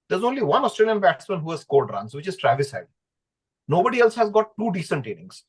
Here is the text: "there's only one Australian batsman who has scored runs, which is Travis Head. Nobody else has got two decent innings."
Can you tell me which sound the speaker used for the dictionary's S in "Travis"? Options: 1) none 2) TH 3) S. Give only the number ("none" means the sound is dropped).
3